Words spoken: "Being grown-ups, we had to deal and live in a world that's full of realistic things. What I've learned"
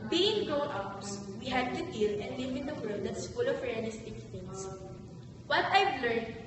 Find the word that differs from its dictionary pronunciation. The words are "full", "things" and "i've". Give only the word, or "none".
things